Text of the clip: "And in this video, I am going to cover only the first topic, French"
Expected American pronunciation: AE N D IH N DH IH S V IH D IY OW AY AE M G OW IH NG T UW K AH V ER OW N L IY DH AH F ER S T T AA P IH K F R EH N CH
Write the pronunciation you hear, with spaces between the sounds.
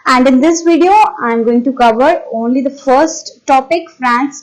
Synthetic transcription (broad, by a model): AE N D IH N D IH S V IH D IY OW AY M G OW IH NG T UW K AH V ER OW N L IY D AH F ER S T T AA P IH K F R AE N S